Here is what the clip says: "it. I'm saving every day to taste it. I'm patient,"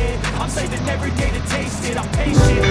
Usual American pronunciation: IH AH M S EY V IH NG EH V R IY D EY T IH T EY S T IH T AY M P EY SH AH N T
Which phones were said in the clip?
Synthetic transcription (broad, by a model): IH AH M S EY IH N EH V R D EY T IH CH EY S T IH T AY M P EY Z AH